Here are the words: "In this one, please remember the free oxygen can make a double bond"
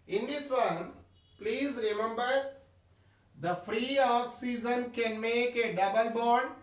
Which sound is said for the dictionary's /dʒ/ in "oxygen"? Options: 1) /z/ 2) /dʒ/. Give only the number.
1